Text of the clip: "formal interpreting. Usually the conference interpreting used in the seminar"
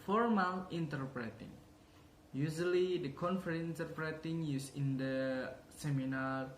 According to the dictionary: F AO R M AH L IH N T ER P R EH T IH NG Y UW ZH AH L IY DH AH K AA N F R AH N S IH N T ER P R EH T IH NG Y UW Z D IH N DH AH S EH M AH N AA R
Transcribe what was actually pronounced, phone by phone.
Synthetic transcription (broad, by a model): F AO R M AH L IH N T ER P R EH T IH NG Y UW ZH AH L IY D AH K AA N F AH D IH N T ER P R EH T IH NG Y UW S IH N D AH S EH M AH N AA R